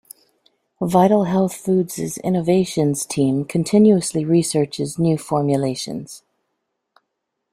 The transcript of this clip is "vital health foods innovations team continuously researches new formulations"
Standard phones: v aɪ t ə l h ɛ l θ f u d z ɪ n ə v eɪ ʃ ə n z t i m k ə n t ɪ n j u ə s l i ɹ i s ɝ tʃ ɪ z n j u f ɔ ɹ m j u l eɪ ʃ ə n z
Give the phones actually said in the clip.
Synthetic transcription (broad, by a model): v aɪ t l h ɛ l θ f u d z ɪ n ə v eɪ ʃ ə n z t i m k ə n t ɪ n j u ə s l i ɹ i s ɝ tʃ ɪ z n j u f ɔ ɹ m j u l eɪ ʃ ə n z